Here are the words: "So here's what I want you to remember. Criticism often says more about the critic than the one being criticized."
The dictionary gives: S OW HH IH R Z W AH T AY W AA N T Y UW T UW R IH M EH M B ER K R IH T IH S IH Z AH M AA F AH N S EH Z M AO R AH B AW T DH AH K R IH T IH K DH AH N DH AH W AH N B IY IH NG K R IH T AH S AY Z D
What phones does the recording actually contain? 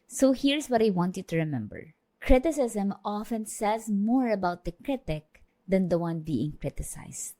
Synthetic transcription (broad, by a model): S OW HH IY R S W AH T AY W AA N T Y UW T UW R IH M EH M B ER K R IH T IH S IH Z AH M AA F AH N S EH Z M AO R AH B AW T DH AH K R IH T IH K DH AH N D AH W AH N B IY IH NG K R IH T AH S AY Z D